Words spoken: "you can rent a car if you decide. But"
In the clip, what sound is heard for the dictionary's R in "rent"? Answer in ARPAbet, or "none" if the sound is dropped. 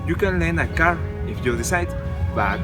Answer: L